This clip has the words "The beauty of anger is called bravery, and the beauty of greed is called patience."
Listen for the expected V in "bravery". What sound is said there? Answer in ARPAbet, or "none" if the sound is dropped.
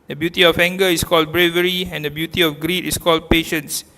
V